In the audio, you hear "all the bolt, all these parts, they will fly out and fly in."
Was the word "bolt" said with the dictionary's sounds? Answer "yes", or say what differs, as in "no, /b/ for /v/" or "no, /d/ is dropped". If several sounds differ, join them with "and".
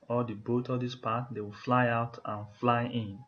no, /l/ is dropped